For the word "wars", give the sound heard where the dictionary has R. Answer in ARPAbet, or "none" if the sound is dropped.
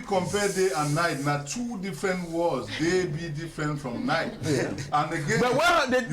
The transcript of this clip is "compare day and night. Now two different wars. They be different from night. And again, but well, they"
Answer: L